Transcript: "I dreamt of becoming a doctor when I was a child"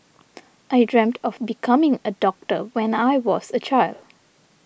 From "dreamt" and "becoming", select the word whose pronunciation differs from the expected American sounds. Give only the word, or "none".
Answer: none